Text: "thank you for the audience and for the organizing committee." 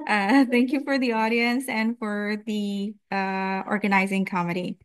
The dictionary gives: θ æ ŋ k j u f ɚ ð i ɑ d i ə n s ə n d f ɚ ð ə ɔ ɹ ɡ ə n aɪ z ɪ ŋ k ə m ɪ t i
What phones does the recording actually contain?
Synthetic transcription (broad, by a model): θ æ ŋ k j u f ɚ ð i ɑ d i ə n s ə n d f ɚ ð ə ɔ ɹ ɡ ə n aɪ z ɪ ŋ k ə m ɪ t i